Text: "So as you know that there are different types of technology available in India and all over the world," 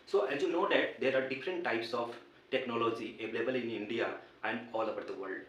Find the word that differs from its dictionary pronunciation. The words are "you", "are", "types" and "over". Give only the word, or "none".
over